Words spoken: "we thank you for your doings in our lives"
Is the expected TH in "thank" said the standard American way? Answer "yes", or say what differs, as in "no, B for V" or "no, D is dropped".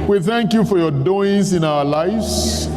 yes